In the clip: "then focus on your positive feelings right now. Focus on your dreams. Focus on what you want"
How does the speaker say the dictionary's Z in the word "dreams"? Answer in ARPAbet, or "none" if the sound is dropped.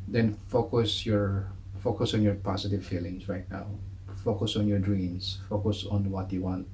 S